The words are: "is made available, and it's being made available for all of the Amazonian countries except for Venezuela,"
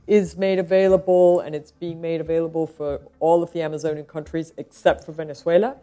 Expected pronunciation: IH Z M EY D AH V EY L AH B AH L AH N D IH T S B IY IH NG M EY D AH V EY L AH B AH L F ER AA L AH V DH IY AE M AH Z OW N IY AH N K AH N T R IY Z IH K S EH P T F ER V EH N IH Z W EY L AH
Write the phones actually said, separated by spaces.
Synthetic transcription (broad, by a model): IH Z M EY D AH V EY L AH B AH L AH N IH T S B IY IH NG M EY D AH V EY L AH B AH L F ER AA L AH V DH IY AE M AH Z OW N IY AH N K AH N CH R IY Z IH K S EH P T F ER V EH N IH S W EY L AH